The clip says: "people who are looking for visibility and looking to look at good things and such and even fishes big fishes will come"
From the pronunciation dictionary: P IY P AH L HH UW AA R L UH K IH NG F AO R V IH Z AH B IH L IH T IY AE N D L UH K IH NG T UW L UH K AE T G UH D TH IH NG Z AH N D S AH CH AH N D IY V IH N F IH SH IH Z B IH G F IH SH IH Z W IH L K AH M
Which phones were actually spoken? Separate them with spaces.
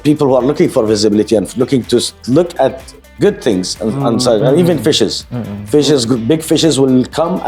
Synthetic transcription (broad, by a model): P IY P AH L HH UW AA R L UH K IH NG F AO R V IH Z AH B IH L IH T IY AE N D L UH K IH NG T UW L UH K AE T G UH D TH IH NG Z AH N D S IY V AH N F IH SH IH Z F IH SH IH Z B IH G F IH SH IH Z W IH L K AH M